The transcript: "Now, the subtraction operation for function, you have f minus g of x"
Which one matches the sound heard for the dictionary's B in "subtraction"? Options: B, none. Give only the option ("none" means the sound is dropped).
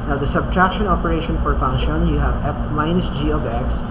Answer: B